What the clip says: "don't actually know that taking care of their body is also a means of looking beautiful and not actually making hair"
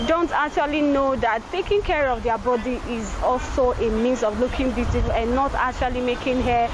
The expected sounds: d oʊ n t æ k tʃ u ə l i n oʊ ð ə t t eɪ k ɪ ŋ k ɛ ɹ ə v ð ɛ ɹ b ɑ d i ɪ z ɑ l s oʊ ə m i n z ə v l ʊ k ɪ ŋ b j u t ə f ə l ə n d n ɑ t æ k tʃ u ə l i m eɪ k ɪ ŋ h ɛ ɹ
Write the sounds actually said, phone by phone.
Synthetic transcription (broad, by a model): d oʊ n t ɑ k tʃ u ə l i n oʊ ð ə t t eɪ k ɪ ŋ k ɛ ɹ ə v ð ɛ b ɑ d i ɪ z ɑ l s oʊ ə m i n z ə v l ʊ k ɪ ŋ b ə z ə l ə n n ɑ t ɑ k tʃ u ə l i m eɪ k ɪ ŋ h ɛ